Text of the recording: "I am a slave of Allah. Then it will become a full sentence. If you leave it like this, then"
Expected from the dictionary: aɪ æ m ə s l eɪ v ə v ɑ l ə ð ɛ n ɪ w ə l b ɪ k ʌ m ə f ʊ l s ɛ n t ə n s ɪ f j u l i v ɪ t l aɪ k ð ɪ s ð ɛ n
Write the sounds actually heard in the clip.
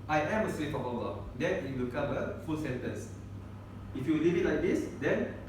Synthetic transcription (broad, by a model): aɪ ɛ m ə s w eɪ f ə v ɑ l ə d ɛ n ɪ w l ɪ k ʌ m ə f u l s ɛ n t ə n s ɪ f j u l i v ɪ t l aɪ k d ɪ s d ɛ n